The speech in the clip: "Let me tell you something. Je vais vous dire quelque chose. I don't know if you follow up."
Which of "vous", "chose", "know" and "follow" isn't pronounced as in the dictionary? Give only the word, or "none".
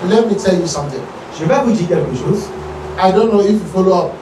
chose